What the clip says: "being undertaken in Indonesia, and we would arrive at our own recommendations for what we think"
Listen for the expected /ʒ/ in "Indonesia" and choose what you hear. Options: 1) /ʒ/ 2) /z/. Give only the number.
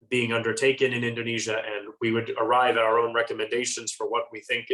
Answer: 1